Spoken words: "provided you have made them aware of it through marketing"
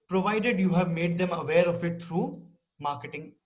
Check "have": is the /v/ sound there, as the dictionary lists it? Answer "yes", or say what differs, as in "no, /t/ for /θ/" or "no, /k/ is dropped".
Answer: yes